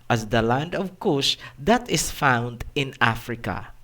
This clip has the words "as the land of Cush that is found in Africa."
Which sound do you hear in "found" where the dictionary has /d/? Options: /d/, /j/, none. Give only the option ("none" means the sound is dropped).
/d/